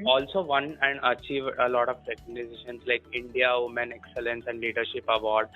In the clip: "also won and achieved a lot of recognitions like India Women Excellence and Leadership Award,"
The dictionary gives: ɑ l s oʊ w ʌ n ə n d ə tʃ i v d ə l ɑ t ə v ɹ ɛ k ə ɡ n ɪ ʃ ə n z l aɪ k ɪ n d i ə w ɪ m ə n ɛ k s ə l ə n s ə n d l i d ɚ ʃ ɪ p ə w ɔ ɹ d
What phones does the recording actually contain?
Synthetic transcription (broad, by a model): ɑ l s oʊ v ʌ n ə n d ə tʃ i v ə l ɑ t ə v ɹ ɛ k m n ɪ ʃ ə n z l aɪ k ɪ n d i ə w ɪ m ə n ɛ k s ə l ə n s ə n d l i d ɚ ʃ ɪ p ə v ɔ ɹ d